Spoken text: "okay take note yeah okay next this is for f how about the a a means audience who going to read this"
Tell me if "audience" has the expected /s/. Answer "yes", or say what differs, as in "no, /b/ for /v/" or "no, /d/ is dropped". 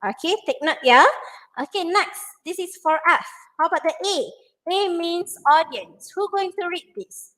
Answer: yes